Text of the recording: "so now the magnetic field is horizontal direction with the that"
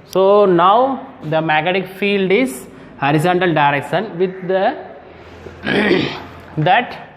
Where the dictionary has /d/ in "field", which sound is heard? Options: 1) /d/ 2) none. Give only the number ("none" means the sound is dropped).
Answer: 1